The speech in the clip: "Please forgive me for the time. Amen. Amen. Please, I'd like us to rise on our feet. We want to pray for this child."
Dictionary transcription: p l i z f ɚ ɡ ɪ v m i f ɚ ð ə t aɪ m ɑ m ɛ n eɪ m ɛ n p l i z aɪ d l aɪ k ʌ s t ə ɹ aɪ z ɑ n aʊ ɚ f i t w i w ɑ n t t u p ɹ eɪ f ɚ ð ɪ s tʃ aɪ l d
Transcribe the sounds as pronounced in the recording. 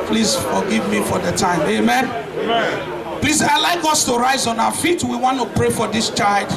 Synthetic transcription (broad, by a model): p l i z f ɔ ɡ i v m i f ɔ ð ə t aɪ ɑ m eɪ m ɛ n p l i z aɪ l aɪ k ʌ s t ə ɹ aɪ z ɑ n aʊ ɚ f i t w i w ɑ n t t u p ɹ eɪ f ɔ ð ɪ s tʃ aɪ l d